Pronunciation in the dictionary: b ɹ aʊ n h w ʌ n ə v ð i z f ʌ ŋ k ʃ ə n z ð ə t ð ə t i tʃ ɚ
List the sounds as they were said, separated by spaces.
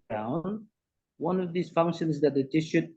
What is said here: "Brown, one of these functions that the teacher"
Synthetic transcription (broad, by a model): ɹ aʊ n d w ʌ n ə v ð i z f ʌ ŋ k ʃ ə n z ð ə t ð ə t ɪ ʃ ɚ